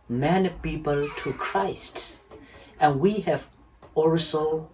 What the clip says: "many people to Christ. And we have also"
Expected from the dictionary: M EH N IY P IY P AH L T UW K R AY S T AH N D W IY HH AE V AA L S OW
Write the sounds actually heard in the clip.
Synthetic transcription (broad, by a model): M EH N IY P IY P AH L T UW K R AY S T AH N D W IY HH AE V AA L S OW